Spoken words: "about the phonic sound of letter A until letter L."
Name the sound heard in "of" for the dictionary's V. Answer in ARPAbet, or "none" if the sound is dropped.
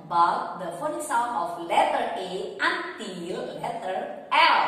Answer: F